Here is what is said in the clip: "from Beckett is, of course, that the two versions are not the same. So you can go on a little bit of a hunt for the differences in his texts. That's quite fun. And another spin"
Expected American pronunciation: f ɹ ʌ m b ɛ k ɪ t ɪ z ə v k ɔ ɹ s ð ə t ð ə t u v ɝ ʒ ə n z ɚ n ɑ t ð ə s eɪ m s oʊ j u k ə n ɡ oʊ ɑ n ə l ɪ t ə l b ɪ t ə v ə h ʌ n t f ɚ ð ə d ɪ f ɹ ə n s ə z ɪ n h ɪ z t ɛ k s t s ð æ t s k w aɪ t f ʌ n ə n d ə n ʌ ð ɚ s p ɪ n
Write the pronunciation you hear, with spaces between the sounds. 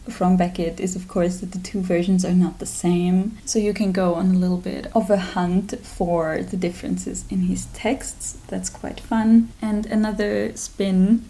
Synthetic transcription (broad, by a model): f ɹ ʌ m b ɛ k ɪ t ɪ z ə v k ɔ ɹ s ð ə t ð ə t u v ɝ ʒ ə n z ɚ n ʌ t ð ə s eɪ m s oʊ j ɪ k ə n ɡ oʊ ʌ n ə l ɪ t l b ɪ t ə v ə h ʌ n t f ɚ ð ə d ɪ f ɹ ə n s ə z ɪ n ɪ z t ɛ k s t s ð æ t s k w aɪ t f ʌ n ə n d ə n ʌ ð ɚ s p ɪ n